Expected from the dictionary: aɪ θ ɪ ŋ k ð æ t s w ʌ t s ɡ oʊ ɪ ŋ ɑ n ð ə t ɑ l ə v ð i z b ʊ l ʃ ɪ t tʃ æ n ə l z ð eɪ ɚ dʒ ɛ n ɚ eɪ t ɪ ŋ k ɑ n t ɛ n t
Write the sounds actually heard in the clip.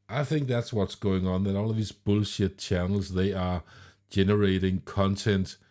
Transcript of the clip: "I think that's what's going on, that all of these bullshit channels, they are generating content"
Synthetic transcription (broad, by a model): aɪ θ ɪ ŋ k ð æ t s w ʌ t s ɡ oʊ ɪ ŋ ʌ n ð ə t ɑ l ə v ð i z b ʊ l ʃ ɪ t tʃ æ n l z ð eɪ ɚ dʒ ɛ n ɚ eɪ t ɪ ŋ k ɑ n t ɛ n t